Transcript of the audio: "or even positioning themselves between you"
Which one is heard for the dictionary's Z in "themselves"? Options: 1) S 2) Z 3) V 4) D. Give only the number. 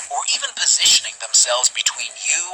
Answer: 2